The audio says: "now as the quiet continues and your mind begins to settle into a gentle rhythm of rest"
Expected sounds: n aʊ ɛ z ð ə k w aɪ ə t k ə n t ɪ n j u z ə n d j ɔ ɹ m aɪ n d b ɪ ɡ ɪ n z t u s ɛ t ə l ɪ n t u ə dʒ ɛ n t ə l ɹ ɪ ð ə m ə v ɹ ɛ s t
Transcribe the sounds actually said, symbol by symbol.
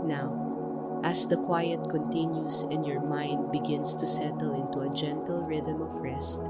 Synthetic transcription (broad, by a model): n aʊ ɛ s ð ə k w aɪ ə t k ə n t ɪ n j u s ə n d j ɔ ɹ m aɪ n d b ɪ ɡ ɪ n s t u s ɛ t ə l ɪ n t u ə dʒ ɛ n t ə l ɹ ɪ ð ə m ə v ɹ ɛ s t